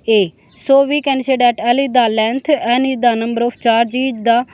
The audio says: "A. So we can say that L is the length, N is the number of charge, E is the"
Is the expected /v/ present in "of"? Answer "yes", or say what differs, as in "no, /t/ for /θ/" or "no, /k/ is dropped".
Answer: no, /p/ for /v/